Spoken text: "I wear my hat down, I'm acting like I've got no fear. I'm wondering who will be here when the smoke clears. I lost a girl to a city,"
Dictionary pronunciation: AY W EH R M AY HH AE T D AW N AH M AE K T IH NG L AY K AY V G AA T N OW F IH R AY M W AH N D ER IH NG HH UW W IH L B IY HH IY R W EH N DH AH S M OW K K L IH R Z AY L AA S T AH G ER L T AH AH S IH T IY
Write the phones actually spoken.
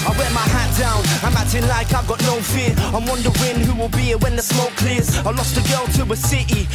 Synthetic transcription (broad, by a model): AY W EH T M AY HH AE T D AW N AH M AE T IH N L AY K AY V G AA T N OW F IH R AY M W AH N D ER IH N HH UW W IH L B IY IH W EH N DH AH S M OW K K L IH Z AY L AA S T AH G ER L T AH AH S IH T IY